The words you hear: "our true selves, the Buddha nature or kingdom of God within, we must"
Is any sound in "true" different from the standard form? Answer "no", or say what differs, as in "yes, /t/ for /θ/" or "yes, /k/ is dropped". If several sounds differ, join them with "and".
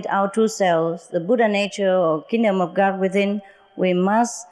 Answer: yes, /ɹ/ is dropped